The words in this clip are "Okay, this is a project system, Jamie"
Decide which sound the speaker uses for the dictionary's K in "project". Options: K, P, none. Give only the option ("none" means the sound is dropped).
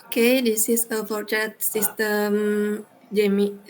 none